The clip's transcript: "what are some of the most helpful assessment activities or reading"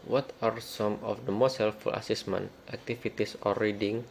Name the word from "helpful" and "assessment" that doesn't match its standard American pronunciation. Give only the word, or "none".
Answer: helpful